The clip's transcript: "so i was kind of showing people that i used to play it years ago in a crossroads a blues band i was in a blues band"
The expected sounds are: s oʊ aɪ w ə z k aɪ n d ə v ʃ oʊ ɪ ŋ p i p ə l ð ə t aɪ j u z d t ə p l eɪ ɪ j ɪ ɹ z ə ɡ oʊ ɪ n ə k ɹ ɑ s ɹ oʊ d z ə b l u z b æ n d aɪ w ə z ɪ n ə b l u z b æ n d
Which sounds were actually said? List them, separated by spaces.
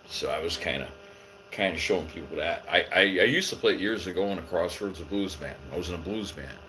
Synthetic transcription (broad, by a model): s oʊ aɪ w ə z k aɪ n d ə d ʃ oʊ ɪ ŋ p i p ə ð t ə t aɪ j u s t ə p l eɪ ɪ j ɪ ɹ z ə ɡ oʊ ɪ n ə k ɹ ɑ s oʊ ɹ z ə b l u z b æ n aɪ w ə z ɪ n ə b l u z b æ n